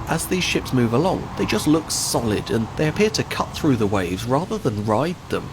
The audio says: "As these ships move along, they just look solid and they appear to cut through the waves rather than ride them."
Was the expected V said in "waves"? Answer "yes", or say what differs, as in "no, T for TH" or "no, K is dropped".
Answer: yes